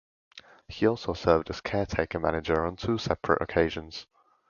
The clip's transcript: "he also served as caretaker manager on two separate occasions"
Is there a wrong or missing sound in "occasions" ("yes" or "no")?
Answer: no